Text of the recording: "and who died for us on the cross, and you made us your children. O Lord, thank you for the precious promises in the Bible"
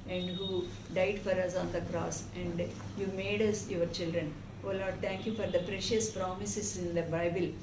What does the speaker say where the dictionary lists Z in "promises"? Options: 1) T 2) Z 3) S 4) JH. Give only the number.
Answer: 3